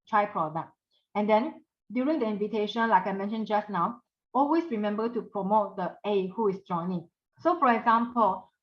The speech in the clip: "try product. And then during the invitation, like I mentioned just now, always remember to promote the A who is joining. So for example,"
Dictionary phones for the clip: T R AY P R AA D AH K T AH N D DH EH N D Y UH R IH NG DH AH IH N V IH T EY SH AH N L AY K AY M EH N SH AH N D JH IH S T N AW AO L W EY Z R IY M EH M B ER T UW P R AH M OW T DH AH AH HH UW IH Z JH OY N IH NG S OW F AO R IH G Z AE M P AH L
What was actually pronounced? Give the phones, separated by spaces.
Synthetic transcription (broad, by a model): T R AY P R AA D AH K T AH N D EH N D Y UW R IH NG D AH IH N V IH T EY SH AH N L AY K AY M EH N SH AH N JH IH S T N AW AO L W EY S R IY M EH M B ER T UW P R AH M OW T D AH AH HH UW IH S JH OY N IH NG S OW F AO R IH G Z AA M P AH L